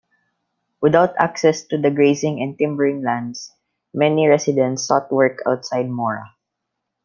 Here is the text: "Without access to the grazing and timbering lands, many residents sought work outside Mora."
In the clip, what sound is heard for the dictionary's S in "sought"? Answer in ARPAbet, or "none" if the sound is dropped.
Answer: S